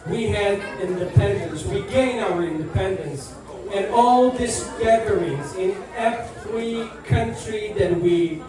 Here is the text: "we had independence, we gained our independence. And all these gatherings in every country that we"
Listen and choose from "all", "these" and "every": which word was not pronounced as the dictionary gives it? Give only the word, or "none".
these